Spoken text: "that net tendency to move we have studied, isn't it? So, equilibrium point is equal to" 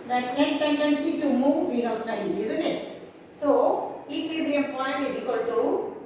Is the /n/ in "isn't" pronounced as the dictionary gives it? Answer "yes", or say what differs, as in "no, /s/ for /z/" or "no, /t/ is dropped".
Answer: yes